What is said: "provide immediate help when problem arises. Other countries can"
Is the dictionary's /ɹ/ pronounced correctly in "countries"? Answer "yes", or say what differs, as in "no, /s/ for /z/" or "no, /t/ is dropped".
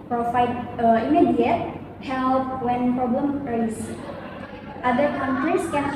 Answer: no, /ɹ/ is dropped